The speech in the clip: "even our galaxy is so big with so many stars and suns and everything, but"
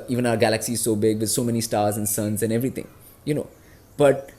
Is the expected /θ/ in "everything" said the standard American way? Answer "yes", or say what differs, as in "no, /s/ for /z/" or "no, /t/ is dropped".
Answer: no, /t/ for /θ/